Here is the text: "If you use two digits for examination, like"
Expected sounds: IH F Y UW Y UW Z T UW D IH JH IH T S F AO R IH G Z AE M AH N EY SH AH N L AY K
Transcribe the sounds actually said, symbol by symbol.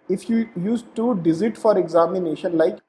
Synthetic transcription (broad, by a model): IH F Y UW Y UW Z T UW D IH Z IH T F AO R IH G Z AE M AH N EY SH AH N L AY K